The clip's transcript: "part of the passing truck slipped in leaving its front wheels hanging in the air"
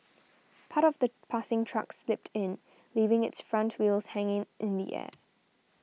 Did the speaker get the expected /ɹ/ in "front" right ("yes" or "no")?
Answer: yes